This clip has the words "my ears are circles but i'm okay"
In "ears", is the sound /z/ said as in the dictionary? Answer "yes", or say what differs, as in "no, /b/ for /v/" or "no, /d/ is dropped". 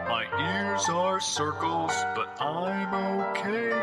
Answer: yes